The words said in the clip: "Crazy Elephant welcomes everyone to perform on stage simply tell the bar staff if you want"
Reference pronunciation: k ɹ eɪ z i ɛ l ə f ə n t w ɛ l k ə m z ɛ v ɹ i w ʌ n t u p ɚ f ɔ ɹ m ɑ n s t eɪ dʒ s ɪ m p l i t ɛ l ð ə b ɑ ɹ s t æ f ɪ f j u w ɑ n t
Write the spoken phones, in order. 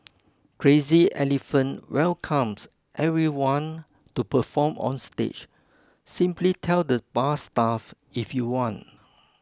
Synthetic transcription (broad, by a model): k ɹ eɪ z i ɛ l ə f ə n t w ɛ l k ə m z ɛ v ɹ i w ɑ n t u p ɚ f ɔ m ɑ n s t eɪ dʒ s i m p l i t ɛ l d ə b ɑ s t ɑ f ɪ f j u w ɑ n t